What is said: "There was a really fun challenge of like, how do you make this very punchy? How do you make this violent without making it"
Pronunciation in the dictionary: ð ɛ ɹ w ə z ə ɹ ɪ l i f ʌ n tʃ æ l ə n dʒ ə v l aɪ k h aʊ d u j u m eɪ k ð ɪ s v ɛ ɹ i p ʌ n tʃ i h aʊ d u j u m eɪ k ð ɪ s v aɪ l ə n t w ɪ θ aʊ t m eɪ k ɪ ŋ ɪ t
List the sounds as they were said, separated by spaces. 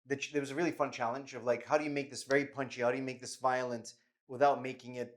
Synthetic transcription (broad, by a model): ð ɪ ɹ w ə z ə ɹ ɪ l i f ʌ n tʃ æ l ə n dʒ ə v l aɪ k h aʊ d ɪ j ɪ m eɪ k ð ɪ s v ɛ ɹ i p ʌ n tʃ i h aʊ d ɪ j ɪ m eɪ k ð ɪ s v aɪ l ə n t w ɪ θ aʊ t m eɪ k ɪ ŋ ɪ t